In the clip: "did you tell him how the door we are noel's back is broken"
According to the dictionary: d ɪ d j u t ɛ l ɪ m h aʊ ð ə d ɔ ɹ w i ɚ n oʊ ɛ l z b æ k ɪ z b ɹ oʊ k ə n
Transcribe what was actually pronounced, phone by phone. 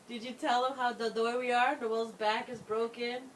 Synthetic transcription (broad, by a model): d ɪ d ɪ t ɛ l ɪ m h aʊ ð ə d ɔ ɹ w i ɚ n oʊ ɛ l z b æ k ɪ z b ɹ oʊ k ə n